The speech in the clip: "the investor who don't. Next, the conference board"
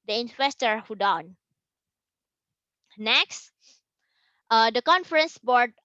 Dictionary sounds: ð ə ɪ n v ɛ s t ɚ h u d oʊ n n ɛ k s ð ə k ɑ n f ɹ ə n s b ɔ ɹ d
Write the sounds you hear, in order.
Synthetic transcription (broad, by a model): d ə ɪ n w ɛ s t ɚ h u d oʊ n n ɛ k s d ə k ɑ n f ɹ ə n s b ɔ ɹ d